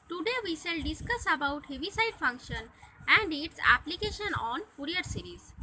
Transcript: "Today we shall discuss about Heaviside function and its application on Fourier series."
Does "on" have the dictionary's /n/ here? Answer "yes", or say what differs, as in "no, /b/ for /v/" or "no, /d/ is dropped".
yes